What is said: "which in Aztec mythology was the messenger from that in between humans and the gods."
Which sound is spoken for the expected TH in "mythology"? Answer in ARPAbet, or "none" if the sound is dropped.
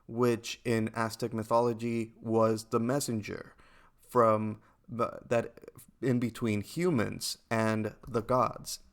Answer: TH